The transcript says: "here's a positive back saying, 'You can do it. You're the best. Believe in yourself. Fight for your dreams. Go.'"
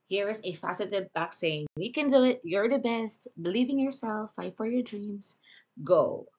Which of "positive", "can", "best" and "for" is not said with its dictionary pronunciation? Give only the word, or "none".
positive